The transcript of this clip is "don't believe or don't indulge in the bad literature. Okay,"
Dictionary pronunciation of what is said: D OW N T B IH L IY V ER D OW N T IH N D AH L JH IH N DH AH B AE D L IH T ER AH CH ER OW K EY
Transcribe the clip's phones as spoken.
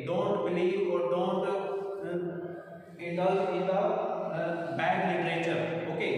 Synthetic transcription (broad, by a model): D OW N T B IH L IY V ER D OW N T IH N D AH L IH N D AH B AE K L IH T ER AH CH ER OW K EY